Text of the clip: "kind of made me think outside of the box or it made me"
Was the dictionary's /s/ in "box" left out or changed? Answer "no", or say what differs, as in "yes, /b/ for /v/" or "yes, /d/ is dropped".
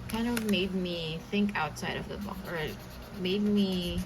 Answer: yes, /s/ is dropped